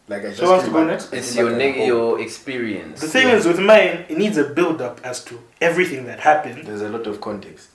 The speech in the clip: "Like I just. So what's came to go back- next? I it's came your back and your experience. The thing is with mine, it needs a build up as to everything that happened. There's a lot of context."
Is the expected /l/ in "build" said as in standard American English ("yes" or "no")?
yes